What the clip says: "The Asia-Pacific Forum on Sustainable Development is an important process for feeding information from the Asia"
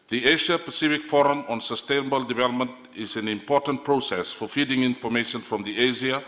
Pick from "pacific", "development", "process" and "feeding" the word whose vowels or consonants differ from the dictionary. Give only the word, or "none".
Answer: none